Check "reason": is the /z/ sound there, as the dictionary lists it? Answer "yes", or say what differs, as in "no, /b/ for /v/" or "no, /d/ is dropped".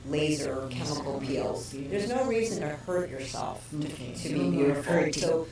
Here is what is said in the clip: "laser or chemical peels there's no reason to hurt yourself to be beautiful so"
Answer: yes